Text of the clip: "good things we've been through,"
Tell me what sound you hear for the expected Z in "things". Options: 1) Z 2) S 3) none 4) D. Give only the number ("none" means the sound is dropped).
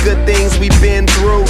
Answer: 1